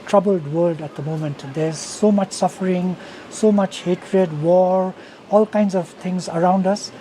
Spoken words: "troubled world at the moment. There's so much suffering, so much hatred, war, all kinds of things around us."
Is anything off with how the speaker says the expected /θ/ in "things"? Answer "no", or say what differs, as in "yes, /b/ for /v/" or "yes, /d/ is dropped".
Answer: yes, /t/ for /θ/